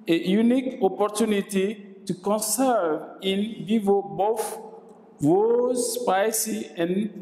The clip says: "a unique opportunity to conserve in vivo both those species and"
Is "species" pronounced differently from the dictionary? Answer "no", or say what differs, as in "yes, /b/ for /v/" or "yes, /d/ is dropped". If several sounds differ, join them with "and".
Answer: yes, /s/ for /ʃ/ and /z/ is dropped